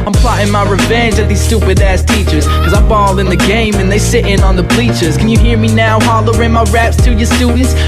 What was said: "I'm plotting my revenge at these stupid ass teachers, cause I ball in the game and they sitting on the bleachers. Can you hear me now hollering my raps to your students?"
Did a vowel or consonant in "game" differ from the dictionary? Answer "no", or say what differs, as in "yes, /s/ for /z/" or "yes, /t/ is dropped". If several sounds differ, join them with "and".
no